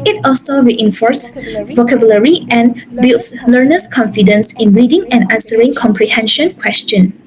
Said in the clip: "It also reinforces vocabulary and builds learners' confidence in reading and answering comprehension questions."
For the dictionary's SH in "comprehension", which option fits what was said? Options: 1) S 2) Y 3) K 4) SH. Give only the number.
4